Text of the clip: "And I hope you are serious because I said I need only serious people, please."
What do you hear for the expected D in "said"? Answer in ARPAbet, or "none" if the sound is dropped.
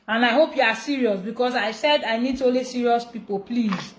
D